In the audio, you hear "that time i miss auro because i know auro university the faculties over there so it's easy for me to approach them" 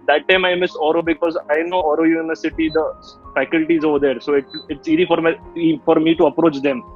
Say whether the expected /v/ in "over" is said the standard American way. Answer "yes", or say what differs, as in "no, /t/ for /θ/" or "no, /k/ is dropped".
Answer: yes